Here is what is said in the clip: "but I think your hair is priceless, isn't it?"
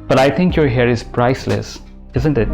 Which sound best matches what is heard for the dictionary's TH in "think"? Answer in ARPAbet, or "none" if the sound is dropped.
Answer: T